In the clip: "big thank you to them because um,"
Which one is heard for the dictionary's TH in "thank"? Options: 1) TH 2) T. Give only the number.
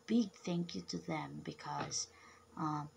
1